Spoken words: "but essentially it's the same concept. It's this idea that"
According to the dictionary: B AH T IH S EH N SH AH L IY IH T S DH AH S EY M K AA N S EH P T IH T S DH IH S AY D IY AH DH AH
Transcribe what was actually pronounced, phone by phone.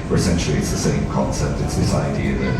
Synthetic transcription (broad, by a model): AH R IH S EH N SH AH L IY IH T S DH AH S EY M K AA N S EH P T IH T S DH IH S AY D IY AH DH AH